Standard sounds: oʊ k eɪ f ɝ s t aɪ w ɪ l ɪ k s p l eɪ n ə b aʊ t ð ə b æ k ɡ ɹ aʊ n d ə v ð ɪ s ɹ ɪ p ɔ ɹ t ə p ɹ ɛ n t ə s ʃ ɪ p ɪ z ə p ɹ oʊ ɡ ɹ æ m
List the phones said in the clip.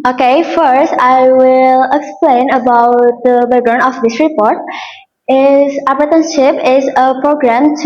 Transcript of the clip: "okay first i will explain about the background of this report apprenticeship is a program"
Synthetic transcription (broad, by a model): oʊ k eɪ f ɝ s t aɪ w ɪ l ɪ k s p l eɪ n ə b aʊ t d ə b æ ɡ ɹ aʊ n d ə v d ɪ s ɹ ɪ p ɔ ɹ t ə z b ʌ t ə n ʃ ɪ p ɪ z ə p ɹ oʊ ɡ ɹ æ m